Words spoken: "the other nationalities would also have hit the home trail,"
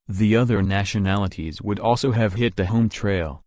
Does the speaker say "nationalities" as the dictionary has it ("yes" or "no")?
yes